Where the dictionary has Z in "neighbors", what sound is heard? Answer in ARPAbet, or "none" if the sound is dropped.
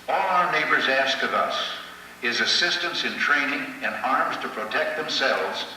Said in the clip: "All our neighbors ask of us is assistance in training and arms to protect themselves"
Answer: Z